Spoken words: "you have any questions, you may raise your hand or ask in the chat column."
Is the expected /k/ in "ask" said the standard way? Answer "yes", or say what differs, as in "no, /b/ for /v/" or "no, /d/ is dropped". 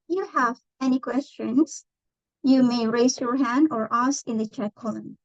no, /k/ is dropped